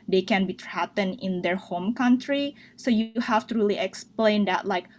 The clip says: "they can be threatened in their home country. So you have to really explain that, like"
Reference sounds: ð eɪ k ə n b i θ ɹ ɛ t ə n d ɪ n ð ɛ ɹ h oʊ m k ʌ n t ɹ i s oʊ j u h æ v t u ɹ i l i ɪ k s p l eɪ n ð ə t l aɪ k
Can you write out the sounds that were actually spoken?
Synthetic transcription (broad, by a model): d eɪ k ə n b i t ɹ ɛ t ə n ɪ n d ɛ ɹ h oʊ m k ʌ n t ɹ i s oʊ j u h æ f t u ɹ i l i ɪ k s p l eɪ n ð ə t l aɪ k